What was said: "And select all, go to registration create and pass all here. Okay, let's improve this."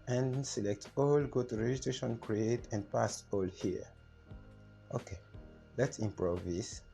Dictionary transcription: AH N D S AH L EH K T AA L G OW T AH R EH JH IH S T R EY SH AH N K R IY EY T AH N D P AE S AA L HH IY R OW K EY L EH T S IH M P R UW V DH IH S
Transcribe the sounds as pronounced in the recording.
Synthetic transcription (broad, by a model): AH N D S AH L EH K T AA L G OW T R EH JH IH T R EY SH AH N K R IY EY T AH N D P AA S AA L HH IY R OW K EY L EH T S IH M P R UW V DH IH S